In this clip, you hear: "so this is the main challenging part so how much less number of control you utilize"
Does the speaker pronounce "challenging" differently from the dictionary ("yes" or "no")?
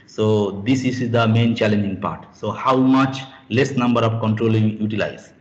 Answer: no